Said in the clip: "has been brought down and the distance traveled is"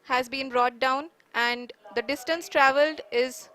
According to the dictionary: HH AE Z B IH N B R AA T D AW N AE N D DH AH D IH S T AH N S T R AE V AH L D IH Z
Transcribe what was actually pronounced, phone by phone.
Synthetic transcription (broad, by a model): HH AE Z B IH N B R AA T D AW N AE N D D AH D IH S T AH N S T R AE V AH L D IH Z